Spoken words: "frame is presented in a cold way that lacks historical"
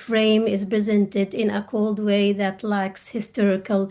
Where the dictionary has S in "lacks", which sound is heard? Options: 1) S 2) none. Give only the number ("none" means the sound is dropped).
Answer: 1